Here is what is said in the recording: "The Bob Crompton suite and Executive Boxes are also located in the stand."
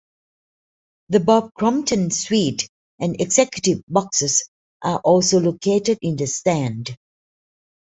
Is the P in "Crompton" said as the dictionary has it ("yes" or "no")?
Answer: no